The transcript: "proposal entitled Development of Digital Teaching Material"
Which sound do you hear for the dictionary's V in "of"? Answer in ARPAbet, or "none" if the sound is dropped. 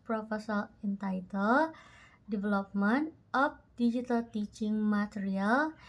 P